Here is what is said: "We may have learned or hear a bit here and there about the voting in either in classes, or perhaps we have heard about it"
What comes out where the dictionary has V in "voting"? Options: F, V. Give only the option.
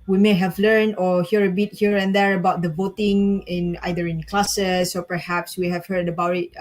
V